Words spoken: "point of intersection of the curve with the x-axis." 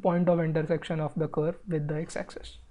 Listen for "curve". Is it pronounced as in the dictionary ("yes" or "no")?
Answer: yes